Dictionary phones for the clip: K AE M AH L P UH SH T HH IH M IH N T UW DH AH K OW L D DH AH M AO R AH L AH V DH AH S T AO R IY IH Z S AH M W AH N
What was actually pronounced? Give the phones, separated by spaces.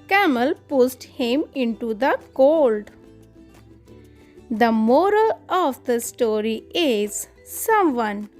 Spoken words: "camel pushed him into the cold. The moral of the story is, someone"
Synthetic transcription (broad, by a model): K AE M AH L P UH S T HH IH M IH N T UW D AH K OW L D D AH M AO R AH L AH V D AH S T AO R IY IH Z S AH M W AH N